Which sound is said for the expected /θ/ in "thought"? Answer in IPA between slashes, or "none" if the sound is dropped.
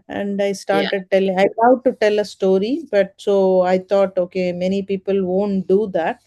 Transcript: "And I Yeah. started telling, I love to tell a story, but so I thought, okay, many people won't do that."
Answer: /t/